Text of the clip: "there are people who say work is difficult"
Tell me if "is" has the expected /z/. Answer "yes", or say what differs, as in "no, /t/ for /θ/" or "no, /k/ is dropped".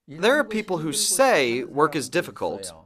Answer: yes